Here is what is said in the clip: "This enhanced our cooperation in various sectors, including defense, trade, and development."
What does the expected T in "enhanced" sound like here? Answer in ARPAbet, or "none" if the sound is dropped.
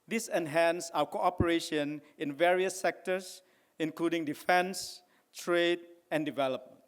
none